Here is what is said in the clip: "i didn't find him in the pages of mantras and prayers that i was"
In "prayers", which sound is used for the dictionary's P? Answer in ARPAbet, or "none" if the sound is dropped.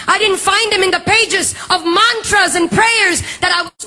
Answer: P